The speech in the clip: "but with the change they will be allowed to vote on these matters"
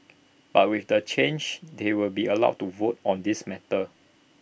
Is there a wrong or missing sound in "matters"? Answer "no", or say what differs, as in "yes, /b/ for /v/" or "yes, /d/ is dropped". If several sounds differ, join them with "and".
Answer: yes, /z/ is dropped